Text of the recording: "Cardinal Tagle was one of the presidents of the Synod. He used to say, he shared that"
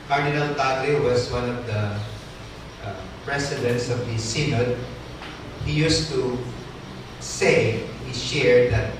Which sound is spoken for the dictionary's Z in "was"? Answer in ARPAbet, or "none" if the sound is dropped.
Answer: S